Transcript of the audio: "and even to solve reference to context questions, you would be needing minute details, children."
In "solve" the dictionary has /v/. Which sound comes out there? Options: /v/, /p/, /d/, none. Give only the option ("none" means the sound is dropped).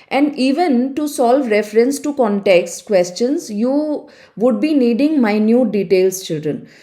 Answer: /v/